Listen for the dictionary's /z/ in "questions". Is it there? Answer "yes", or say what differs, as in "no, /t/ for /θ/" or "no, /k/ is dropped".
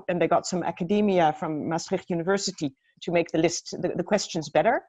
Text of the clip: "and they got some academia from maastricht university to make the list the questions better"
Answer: yes